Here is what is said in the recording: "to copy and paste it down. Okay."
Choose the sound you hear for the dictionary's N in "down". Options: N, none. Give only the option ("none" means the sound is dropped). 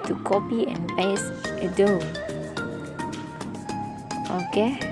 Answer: none